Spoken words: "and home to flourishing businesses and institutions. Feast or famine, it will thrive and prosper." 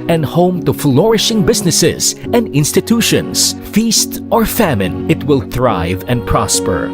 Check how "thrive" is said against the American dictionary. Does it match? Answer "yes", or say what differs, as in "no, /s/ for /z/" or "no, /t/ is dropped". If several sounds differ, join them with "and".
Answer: yes